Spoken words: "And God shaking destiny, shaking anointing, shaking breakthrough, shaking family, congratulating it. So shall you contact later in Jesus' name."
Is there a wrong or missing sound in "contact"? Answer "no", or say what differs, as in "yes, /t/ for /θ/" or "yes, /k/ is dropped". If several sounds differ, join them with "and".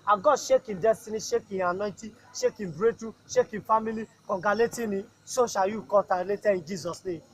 yes, /n/ is dropped